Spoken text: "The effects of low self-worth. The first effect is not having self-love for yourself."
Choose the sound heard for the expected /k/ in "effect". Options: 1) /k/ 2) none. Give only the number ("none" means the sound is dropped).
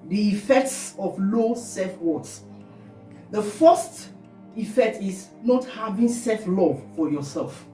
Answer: 1